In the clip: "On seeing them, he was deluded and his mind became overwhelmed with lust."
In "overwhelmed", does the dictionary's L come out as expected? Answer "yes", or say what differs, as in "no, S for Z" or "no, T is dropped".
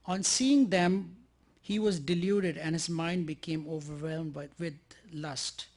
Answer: yes